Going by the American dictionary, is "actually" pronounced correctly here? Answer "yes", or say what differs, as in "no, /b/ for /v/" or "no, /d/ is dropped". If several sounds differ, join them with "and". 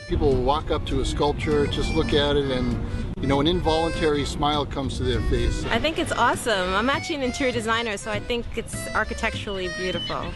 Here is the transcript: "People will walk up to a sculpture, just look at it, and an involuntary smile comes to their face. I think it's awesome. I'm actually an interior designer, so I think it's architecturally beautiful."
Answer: no, /k/ is dropped and /l/ is dropped